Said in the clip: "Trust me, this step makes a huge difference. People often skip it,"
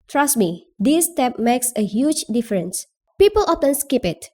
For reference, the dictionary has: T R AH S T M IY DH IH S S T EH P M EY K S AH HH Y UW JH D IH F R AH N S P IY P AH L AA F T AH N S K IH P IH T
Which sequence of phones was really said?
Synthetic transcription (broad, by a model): T R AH S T M IY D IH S S T EH P M EY K S AH HH Y UW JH D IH F R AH N S P IY P AH L AA F T AH N S K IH P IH T